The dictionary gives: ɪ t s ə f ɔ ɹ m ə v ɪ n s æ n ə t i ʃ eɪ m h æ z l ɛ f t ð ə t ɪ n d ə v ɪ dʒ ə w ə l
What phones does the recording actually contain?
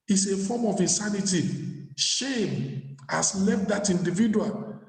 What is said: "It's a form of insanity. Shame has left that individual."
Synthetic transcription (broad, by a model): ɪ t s ə f ɔ m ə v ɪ n s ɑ n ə t i ʃ eɪ m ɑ s l ɛ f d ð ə t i n d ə v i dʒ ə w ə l